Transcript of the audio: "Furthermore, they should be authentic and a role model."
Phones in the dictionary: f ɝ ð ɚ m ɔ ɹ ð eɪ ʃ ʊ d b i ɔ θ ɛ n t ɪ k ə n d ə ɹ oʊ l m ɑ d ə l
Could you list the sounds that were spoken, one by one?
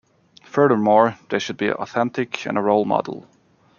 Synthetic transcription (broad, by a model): f ɝ ð ɚ m ɔ ɹ ð eɪ ʃ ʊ d b i ɔ θ ɛ n t ɪ k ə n ə ɹ oʊ l m ɑ d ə l